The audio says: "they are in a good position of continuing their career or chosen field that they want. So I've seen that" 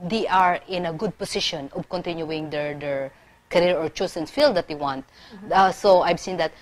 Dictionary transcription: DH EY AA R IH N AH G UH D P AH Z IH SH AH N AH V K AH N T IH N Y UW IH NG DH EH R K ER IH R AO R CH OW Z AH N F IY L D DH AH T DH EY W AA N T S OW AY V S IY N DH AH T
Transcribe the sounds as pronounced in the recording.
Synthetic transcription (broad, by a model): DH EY AA R IH N AH G UH D P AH S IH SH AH N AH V K AH N T IH N Y UW IH NG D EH R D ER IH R AO R CH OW S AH N F IY L D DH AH T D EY W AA N T S OW AY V S IY N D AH T